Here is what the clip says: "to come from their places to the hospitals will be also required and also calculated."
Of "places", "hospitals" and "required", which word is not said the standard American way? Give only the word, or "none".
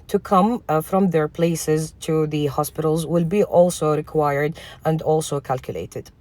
none